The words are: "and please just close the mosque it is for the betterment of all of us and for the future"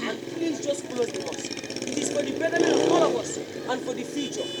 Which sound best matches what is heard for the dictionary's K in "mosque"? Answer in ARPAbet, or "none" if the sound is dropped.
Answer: none